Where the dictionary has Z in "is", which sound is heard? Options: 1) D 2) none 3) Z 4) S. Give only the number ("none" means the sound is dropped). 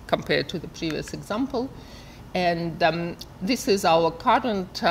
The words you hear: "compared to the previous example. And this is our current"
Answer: 3